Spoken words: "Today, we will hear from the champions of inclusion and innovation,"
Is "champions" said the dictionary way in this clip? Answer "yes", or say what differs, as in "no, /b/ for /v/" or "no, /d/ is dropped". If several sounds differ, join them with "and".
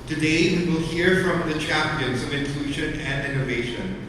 yes